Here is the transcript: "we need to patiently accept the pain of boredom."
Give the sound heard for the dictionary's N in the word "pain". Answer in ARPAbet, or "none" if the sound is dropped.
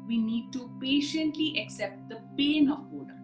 N